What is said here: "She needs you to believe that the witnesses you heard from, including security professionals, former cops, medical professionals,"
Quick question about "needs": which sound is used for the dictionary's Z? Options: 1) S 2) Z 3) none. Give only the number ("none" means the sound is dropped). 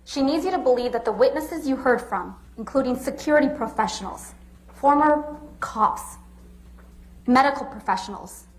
2